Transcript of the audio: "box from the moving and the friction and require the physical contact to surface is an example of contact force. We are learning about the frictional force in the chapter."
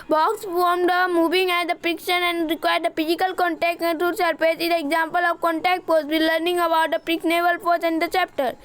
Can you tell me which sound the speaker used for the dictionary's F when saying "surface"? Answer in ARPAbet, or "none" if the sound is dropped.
P